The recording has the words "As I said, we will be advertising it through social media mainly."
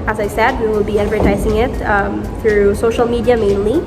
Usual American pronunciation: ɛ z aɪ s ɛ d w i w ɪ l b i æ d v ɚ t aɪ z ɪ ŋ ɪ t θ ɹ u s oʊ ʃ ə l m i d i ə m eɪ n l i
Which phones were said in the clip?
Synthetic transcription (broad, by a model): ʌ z aɪ s ɛ d w i w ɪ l b i æ d v ɚ t aɪ z ɪ ŋ ɪ t θ ɹ u s oʊ ʃ l m i d i ə m eɪ n l i